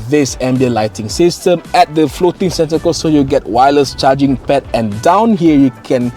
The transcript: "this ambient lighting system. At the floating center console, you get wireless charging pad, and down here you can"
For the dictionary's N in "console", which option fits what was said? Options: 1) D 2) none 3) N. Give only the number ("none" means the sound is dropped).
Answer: 2